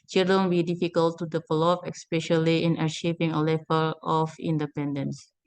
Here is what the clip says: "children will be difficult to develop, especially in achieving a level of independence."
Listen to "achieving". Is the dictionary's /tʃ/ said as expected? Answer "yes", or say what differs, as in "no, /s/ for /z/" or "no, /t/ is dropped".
no, /ʃ/ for /tʃ/